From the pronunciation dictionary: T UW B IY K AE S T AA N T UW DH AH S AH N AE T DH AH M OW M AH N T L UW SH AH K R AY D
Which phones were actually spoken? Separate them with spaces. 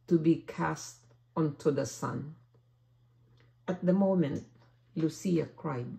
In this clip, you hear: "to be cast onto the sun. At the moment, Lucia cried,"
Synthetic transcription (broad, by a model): T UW B IY K AE S T AA N T UW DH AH S AH N AE T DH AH M OW M AH N T L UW S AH K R AY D